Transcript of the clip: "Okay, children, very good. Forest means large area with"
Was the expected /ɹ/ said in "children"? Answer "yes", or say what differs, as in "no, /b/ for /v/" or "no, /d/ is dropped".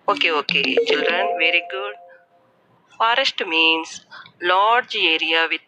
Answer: yes